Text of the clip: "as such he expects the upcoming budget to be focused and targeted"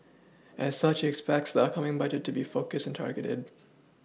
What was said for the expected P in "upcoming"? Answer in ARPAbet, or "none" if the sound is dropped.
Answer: none